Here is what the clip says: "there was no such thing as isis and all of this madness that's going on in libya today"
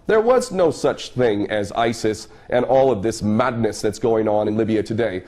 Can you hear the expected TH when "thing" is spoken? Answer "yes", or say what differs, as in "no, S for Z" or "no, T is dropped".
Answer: yes